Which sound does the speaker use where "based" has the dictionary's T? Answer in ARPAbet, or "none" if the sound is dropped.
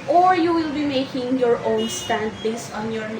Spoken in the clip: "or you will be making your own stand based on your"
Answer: none